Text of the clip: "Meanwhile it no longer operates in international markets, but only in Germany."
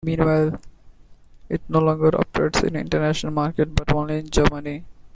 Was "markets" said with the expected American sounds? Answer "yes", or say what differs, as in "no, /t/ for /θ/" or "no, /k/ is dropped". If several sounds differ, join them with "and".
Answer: no, /s/ is dropped